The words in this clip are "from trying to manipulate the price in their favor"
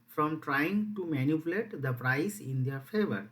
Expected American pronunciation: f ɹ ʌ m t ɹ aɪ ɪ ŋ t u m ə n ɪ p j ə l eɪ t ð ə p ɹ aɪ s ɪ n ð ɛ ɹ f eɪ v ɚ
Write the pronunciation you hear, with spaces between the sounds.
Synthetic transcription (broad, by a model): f ɹ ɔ m t ɹ aɪ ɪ ŋ t u m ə n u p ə l eɪ t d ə p ɹ aɪ s ɪ n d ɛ ɹ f eɪ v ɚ